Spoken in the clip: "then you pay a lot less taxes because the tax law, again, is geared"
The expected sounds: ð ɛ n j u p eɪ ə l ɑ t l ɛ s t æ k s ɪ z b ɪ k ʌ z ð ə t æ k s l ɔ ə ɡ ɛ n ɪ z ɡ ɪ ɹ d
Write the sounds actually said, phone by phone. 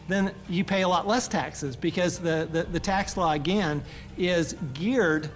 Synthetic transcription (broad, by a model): ð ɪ n j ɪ p eɪ ə l ɑ t l ɛ s t æ k s ɪ z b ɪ k ʌ z ð ə t æ k s l ɔ ə ɡ ɛ n ɪ z ɡ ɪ ɹ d